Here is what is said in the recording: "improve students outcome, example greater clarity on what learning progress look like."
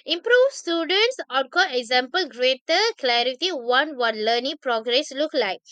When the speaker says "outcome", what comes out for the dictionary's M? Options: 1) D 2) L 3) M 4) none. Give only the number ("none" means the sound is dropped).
4